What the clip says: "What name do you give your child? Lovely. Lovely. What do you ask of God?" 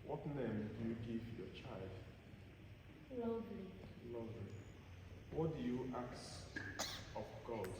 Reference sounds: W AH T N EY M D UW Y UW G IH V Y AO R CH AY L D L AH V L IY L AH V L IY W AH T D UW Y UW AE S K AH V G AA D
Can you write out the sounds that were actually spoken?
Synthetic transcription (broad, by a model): W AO T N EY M D UW Y UW G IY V Y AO CH AY L D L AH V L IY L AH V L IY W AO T D UW Y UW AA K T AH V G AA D